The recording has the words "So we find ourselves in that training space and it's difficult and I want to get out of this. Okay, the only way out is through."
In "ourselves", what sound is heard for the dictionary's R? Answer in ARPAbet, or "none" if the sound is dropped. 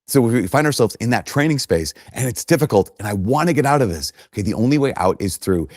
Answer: R